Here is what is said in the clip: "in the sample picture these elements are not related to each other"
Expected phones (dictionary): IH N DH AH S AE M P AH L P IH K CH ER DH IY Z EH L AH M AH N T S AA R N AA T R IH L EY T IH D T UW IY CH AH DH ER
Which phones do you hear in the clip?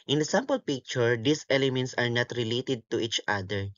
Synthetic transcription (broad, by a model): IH N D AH S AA M P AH L P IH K CH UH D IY S EH L AH M AH N T S AA R N AA T R IH L EY T IH D T UW IY CH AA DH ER